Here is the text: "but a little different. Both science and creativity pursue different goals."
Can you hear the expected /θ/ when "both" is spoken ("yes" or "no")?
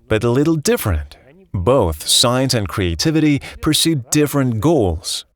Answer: yes